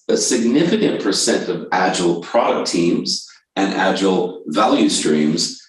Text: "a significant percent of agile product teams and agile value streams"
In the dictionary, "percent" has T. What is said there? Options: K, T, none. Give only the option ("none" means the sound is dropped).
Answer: T